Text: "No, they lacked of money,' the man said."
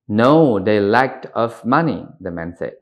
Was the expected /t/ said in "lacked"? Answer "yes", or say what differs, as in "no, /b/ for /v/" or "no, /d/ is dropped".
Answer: yes